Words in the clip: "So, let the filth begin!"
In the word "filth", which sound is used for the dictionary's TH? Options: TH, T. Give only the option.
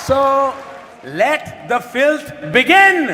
T